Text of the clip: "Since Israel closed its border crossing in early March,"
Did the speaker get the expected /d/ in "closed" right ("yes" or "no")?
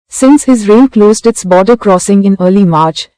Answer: yes